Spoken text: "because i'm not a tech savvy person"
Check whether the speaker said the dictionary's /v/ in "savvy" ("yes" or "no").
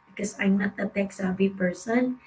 no